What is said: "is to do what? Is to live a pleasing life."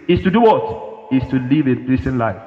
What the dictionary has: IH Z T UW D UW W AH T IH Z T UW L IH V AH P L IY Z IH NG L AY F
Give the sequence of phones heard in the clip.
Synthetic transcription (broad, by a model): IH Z T UW D UW W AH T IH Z T UW L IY V AH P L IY S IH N L AY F